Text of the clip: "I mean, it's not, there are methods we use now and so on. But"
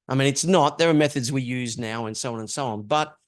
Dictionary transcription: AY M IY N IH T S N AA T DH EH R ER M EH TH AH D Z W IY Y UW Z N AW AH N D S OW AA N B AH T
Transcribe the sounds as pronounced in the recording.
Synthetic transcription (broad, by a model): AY M IY N IH T S N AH T DH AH R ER M EH TH AH D Z W IY Y UW Z N AW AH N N S OW AA N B AH T